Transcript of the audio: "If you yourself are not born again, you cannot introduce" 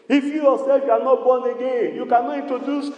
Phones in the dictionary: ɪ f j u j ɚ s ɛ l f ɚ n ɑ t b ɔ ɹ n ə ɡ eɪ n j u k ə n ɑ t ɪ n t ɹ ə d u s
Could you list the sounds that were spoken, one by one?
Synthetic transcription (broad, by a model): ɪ f j u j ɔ s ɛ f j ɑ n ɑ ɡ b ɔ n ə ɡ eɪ j u k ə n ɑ i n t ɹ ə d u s